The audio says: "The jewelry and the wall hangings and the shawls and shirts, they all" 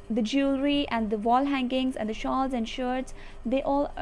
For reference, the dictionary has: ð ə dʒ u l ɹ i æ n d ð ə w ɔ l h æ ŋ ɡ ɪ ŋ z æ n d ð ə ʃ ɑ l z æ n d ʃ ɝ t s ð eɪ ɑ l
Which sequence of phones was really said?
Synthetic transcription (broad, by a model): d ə dʒ u l ɹ i æ n d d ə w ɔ l h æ ŋ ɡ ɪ ŋ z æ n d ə ʃ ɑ l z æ n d ʃ ɝ t s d eɪ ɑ l